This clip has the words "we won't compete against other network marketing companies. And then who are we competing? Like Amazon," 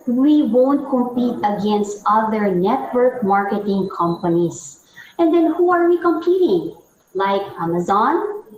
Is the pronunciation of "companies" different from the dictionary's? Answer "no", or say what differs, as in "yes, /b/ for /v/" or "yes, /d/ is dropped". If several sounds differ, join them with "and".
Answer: yes, /s/ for /z/